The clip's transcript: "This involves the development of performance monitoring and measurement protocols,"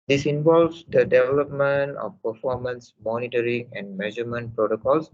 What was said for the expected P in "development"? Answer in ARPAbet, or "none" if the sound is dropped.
P